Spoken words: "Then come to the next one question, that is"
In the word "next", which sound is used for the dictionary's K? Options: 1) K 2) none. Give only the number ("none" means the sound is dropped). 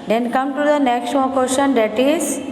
1